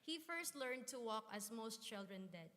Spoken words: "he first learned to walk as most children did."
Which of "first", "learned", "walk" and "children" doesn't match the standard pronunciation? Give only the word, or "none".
none